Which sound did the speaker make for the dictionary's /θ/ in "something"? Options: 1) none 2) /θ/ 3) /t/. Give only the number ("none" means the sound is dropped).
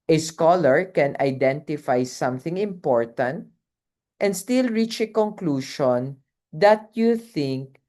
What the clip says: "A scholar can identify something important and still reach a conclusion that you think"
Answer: 2